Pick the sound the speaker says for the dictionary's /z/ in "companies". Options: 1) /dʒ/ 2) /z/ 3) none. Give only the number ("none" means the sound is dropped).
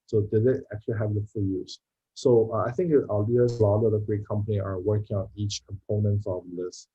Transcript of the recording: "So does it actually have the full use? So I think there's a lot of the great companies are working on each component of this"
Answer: 3